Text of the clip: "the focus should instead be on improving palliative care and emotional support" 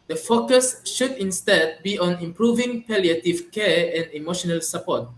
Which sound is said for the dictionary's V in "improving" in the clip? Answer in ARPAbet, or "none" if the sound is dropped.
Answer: V